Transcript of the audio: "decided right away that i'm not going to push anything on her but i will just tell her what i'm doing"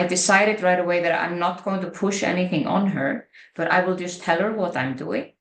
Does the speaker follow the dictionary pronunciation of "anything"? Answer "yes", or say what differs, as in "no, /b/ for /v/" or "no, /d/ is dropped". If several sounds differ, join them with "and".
yes